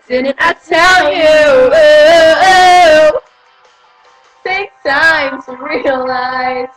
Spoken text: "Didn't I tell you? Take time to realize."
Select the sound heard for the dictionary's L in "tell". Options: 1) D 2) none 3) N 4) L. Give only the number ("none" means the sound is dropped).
4